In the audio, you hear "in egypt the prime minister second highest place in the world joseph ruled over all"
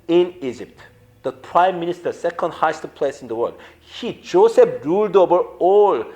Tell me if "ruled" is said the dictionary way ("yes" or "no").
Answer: yes